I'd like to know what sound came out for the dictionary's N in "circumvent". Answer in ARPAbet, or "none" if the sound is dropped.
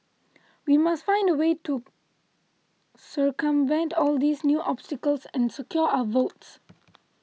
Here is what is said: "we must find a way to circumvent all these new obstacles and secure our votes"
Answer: N